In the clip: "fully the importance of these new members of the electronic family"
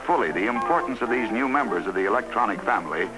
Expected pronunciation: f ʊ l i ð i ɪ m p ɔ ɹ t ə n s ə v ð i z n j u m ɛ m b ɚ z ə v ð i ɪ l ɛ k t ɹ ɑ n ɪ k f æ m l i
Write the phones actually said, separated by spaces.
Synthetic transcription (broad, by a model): f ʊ l i ð i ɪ m p ɔ ɹ t n s ə v ð i z n j u m ɛ m b ɚ z ə v ð i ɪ l ɛ k t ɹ ɑ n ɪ k f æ m l i